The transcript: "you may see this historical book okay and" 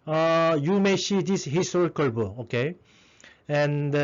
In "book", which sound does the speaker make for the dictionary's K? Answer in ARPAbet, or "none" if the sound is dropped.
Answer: none